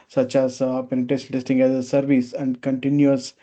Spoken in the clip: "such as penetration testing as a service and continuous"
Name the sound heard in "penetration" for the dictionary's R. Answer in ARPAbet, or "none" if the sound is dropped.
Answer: none